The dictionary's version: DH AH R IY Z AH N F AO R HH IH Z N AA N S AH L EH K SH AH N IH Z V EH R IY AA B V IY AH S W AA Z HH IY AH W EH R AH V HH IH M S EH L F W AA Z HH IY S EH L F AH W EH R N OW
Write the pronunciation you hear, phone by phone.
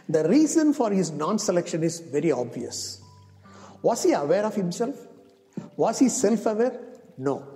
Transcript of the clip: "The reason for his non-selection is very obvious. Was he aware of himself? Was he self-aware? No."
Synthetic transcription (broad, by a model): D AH R IY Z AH N F AO R HH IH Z N AA N S AH L EH K SH AH N IH Z V EH R IY AA B V IY AH S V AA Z HH IY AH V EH R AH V HH IH M S EH L F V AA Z HH IY S EH L F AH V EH R N OW